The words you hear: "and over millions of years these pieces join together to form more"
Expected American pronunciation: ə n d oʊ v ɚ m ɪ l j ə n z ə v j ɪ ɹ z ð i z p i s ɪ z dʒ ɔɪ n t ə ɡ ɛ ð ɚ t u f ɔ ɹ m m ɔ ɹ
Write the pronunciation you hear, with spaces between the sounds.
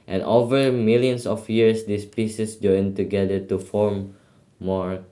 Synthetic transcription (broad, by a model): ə n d oʊ v ɚ m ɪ l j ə n s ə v j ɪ ɹ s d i s p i s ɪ s dʒ ɔɪ n t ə ɡ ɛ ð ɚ t u f ɔ ɹ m m ɔ ɹ